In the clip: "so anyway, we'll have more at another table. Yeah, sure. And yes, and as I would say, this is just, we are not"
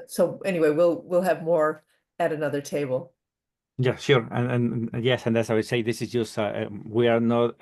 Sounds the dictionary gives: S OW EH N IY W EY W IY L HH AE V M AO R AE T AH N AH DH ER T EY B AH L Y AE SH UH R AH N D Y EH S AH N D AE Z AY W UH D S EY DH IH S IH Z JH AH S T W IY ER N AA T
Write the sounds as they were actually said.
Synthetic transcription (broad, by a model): S OW EH N IY W EY W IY L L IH V M AO R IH T AH N AH DH ER T EY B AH L Y AE SH UH R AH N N Y EH S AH N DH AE S AY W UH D S EY DH IH S IH Z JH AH S T W IY ER N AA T